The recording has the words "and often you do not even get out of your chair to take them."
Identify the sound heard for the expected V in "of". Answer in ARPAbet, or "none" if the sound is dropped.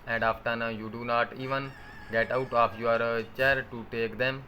P